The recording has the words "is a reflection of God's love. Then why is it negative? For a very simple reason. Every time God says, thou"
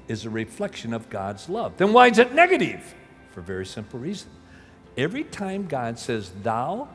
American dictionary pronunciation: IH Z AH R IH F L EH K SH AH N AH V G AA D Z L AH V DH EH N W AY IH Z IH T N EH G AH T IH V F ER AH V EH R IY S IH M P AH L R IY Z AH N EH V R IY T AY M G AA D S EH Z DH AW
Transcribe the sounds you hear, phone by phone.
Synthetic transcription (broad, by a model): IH Z AH R IH F L EH K SH AH N AH V G AA D Z L AH V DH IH N W AY IH Z IH T N EH G AH T IH V F ER V EH R IY S IH M P L R IY Z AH N EH V R IY T AY M G AA D S EH Z DH AW